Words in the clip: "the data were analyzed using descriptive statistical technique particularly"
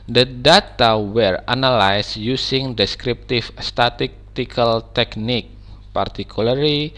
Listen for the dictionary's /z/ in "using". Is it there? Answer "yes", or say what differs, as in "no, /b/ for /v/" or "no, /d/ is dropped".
no, /s/ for /z/